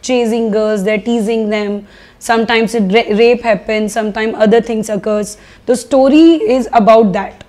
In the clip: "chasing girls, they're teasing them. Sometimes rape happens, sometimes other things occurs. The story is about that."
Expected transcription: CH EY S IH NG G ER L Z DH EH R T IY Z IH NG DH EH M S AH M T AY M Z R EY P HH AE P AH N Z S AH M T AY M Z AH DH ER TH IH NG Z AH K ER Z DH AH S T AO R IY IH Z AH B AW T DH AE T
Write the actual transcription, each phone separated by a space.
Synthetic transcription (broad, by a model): CH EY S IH NG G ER Z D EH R T IY Z IH NG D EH M S AH M T AY M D R EY P HH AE P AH N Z S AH M T AY M AH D ER T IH NG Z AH K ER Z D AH S T AO R IY IH Z AH B AW T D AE T